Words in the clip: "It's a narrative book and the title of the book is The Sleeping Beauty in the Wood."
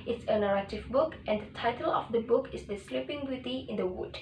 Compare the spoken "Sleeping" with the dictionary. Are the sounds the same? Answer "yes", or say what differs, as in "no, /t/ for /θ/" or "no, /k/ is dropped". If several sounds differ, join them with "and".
yes